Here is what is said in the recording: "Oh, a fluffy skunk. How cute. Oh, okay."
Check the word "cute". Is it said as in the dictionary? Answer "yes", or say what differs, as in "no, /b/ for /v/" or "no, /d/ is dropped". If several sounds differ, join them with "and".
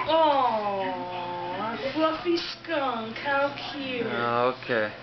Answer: no, /t/ is dropped